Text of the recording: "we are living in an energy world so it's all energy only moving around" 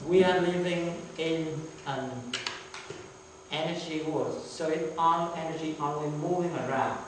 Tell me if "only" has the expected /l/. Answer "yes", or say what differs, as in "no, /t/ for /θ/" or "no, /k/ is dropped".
no, /w/ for /l/